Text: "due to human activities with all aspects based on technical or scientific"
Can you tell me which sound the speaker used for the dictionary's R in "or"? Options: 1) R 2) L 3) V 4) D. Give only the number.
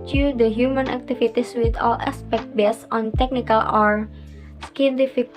1